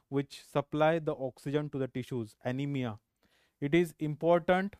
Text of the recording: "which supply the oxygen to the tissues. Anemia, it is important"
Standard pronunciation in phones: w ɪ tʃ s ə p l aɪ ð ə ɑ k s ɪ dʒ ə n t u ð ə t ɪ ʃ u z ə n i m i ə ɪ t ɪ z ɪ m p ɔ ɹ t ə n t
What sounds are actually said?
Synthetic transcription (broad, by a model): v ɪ tʃ s ə p l aɪ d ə ɑ k s ɪ dʒ ə n t u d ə t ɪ ʃ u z ə n i m i ə ɪ t ɪ z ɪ m p ɔ ɹ t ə n t